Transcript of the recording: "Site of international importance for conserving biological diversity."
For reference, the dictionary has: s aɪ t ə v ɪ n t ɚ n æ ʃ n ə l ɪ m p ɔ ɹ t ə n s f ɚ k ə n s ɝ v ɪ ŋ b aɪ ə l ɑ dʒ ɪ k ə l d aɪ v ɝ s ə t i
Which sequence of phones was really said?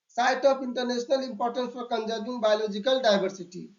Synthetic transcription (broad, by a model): s aɪ t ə p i n t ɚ n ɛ s n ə l ɪ m p ɔ ɹ t ə n s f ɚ k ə n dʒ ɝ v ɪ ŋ b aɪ l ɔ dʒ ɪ k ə l d aɪ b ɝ s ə t i